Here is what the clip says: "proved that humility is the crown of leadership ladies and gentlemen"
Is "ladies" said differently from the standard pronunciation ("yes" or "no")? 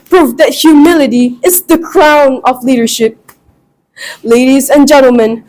no